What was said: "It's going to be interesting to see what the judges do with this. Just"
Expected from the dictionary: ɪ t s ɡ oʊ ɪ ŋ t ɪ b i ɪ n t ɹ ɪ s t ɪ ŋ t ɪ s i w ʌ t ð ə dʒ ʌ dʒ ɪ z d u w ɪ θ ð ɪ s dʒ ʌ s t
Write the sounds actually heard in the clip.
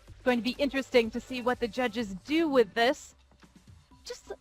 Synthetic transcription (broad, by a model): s ɡ oʊ ɪ ŋ t ɪ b i ɪ n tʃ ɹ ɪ s t ɪ ŋ t ɪ s i w ʌ t ð ə dʒ ʌ dʒ ɪ z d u w ɪ ð ɪ s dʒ ʌ s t